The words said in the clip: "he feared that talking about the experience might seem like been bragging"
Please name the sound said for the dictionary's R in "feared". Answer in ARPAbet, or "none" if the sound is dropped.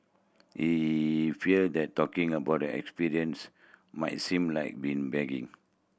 L